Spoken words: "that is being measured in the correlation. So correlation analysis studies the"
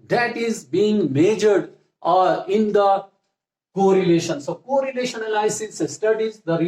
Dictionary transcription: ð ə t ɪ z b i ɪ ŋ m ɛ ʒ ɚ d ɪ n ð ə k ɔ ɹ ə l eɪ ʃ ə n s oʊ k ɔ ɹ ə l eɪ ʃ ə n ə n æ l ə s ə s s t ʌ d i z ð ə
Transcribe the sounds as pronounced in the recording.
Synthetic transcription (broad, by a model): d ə t ɪ z b i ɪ ŋ m ɛ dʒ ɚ d ɪ n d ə k ɔ ɹ ə l eɪ ʃ ə n s oʊ k ɔ ɹ ə l eɪ ʃ ə n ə l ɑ ə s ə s s t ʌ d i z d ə